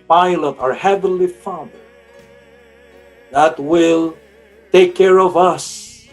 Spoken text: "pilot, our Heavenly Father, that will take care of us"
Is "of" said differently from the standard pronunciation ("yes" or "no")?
no